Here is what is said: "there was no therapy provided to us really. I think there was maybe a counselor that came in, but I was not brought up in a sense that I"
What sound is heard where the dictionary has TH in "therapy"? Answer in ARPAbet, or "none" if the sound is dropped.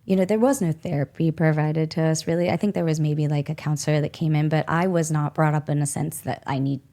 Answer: TH